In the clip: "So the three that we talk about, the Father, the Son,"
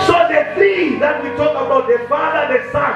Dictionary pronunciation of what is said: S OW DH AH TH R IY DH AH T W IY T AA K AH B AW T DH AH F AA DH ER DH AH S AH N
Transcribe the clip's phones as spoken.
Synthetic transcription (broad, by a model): S OW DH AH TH IY DH AH T W IY T AA K AH B AW T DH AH F AA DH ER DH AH S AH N